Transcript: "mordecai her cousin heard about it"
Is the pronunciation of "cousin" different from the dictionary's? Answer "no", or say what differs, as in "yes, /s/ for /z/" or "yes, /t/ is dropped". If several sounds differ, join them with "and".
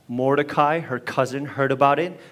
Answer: no